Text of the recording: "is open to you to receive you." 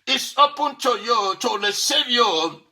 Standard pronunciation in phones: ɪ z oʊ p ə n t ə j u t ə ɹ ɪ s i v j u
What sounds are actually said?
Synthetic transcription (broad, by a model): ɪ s oʊ p ə n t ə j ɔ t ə l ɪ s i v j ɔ